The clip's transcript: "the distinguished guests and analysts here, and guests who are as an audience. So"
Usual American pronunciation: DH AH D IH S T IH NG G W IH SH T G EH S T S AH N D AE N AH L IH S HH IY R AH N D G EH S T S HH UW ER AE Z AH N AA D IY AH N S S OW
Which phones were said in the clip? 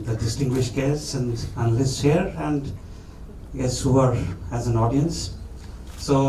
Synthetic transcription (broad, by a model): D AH D IH S T IH NG G W IH SH T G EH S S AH N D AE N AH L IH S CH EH R AH N D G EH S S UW ER AE Z AH N AA D IY AH N S S OW